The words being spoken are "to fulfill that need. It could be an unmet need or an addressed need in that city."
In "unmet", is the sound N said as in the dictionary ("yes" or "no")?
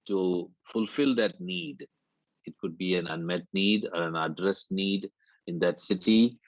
yes